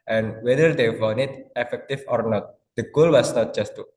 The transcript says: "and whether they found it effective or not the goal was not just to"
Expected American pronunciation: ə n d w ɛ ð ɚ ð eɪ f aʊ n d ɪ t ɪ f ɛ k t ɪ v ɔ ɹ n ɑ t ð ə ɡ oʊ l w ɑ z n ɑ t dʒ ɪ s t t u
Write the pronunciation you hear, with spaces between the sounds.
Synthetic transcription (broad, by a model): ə n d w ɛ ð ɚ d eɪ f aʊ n ɪ t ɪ f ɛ k t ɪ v ɔ ɹ n ɑ t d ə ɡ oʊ l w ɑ s n ɑ t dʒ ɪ s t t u